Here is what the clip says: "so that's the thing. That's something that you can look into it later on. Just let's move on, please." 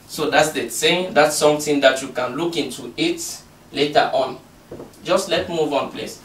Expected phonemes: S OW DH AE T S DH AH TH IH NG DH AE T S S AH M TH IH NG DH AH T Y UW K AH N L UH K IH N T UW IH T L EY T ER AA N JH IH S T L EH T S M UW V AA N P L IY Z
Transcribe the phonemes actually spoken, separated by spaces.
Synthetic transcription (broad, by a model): S OW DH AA T S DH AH S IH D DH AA T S S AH M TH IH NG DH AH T Y UW K AH N L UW K IH N T UW IH T L EY T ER AA N JH IH S T L EH T M UW V AA N P L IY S